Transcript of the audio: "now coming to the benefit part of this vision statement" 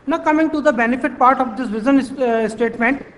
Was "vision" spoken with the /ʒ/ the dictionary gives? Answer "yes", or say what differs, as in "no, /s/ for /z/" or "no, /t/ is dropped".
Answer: no, /z/ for /ʒ/